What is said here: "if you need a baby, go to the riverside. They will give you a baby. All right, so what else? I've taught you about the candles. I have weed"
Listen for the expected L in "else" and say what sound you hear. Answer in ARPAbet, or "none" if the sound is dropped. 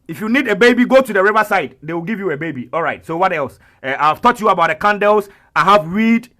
L